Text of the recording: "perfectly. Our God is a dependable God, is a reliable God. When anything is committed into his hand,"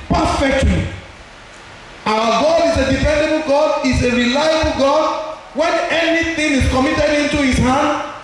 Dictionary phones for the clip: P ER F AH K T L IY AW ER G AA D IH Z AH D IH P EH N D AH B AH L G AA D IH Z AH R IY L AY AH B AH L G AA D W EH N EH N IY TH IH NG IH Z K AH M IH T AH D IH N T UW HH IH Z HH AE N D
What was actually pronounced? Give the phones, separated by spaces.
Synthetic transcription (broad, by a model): P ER F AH K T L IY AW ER G AA D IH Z AH D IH F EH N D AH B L G AA D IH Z AH R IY L AY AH B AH L G AA D W EH N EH N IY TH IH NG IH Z K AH M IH T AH D IH N T UW HH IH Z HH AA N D